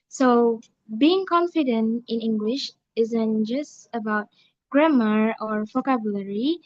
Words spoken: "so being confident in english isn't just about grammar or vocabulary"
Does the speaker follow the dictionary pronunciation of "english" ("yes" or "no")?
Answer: yes